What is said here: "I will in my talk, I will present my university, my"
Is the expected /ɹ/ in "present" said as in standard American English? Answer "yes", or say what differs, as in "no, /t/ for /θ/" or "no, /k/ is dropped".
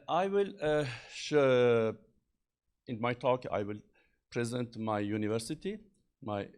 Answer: yes